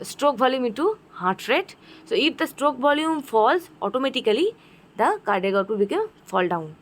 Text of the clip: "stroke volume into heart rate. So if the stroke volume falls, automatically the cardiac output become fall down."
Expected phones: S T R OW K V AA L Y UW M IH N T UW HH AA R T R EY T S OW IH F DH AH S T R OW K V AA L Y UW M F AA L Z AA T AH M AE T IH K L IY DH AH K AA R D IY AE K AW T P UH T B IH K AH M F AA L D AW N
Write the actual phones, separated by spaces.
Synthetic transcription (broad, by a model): S T R OW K V AA L Y UW M IH N T UW HH AA R T R EY T S OW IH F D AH S T R OW K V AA L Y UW M F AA L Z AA T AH M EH T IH K L IY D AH K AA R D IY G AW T UW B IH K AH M F AA L D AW N